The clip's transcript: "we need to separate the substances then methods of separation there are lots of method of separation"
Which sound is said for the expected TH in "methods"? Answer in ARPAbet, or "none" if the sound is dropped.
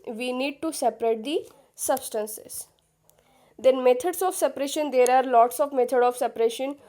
T